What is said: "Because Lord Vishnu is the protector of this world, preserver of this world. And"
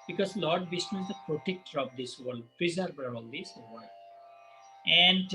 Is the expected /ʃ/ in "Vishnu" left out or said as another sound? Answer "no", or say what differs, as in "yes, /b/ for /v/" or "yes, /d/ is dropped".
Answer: yes, /s/ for /ʃ/